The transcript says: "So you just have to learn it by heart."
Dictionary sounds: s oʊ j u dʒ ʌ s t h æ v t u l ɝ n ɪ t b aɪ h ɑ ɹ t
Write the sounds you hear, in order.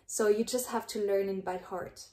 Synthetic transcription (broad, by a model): s oʊ j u dʒ ʌ s t h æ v t u l ɝ n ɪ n b aɪ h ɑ ɹ t